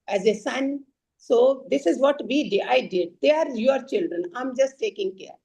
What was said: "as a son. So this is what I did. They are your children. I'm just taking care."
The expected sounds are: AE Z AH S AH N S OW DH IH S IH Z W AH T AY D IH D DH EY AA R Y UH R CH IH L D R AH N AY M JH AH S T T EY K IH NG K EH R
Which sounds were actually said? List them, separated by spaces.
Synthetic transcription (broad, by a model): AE Z AH S AH N S OW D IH S IH Z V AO T AY D IH D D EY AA R Y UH R CH IH L D R AH N AY M JH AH S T T EY K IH NG K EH R